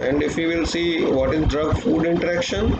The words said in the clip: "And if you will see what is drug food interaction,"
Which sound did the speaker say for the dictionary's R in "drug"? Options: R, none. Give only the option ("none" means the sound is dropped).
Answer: R